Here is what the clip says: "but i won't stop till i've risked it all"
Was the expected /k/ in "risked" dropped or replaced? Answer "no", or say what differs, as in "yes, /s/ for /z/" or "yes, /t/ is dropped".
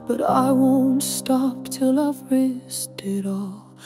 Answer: yes, /k/ is dropped